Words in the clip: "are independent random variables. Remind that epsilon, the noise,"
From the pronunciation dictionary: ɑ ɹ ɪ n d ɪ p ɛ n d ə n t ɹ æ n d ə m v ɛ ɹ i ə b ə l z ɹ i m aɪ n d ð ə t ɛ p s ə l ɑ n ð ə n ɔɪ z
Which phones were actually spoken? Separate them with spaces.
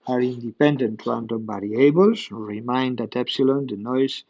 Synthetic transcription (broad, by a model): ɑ ɹ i n d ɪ p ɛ n d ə n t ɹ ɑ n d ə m b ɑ ɹ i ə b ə l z ɹ i m aɪ n d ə t ɛ p s ə l ɑ n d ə n ɔɪ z